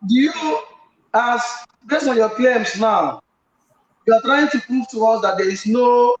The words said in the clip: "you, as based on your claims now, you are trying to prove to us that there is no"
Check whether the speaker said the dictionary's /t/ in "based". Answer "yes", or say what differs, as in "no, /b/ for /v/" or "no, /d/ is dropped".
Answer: no, /t/ is dropped